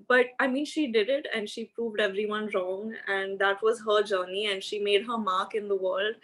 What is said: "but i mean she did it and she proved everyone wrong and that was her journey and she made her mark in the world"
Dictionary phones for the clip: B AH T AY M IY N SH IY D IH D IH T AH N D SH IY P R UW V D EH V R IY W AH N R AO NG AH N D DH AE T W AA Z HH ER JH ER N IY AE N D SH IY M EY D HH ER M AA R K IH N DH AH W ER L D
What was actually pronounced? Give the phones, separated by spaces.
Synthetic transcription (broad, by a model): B AH T AY M IY N SH IY D IH D IH T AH N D SH IY P R UW V D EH V R IY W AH N R AO NG AH N D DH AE T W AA Z HH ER JH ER N IY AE N D SH IY M EY D HH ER M AA R K IH N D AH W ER L D